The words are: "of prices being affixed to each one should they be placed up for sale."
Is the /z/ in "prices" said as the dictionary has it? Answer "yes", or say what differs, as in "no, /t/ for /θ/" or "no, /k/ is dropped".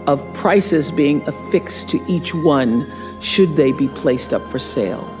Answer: yes